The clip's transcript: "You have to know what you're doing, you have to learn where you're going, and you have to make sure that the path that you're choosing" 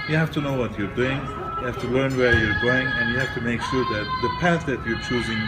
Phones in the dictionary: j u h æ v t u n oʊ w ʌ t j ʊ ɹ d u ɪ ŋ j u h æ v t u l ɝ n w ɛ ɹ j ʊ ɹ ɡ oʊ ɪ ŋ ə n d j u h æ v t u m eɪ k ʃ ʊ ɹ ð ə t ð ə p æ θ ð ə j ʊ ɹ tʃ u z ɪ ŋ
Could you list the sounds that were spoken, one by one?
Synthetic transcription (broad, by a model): j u h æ f t u n oʊ w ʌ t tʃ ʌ ɹ d u ɪ ŋ j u h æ f t u l ɝ n w ɛ ɹ j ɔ ɹ ɡ oʊ ɪ ŋ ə n j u h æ f t u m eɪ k s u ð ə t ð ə p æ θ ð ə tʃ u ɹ tʃ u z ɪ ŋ